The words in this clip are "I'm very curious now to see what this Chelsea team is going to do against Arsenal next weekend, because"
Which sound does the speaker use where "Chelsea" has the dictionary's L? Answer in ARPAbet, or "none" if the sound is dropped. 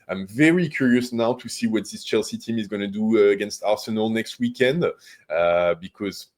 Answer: L